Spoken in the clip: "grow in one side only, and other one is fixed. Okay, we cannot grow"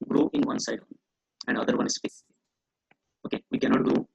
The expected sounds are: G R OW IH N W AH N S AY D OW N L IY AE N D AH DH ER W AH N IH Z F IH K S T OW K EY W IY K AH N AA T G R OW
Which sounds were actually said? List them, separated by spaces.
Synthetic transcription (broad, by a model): G R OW IH N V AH N S AY D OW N IY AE N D AH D ER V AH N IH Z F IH S OW K EY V IY K AH N AA T G R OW